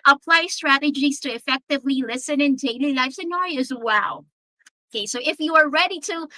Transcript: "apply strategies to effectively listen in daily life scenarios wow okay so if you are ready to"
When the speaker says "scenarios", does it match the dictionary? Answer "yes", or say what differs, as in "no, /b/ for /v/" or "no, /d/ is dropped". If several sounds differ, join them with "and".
no, /ɹ/ is dropped